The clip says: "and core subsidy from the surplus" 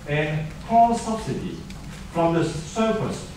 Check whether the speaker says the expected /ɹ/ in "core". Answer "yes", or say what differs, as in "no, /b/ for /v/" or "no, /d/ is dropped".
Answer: no, /l/ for /ɹ/